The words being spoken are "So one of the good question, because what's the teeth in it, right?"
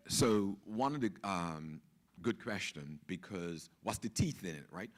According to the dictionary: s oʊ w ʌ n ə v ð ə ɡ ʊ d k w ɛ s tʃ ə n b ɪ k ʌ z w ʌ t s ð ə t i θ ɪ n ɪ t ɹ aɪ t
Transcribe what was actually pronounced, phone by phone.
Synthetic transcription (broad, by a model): s oʊ w ʌ n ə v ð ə ɡ ʊ d k w ɛ s tʃ ə n b ɪ k ʌ z w ʌ t s ð ə t i θ ɪ n ɪ t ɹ aɪ t